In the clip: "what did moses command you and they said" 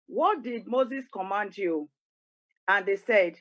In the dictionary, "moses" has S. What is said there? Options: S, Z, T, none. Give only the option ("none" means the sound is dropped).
S